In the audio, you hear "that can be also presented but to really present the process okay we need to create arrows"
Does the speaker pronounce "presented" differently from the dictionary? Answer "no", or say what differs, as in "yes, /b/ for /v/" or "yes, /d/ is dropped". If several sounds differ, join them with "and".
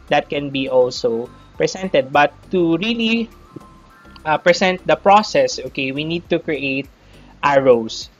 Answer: yes, /s/ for /z/